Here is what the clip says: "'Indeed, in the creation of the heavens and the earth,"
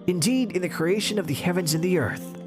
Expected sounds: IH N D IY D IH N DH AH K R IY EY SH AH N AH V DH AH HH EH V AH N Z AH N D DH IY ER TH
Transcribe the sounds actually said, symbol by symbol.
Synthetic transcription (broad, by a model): IH N D IY D IH N DH AH K R IY EY SH AH N AH V DH AH HH EH V AH N Z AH N DH IY ER TH